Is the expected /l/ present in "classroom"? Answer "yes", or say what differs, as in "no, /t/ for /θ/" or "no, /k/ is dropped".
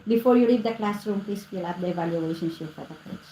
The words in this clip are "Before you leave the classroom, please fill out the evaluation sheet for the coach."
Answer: yes